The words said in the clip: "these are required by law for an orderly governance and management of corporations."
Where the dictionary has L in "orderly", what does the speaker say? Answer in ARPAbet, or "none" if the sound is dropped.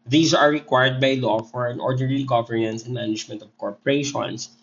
N